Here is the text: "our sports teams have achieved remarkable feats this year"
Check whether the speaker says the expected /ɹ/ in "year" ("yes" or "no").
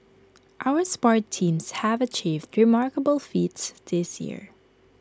yes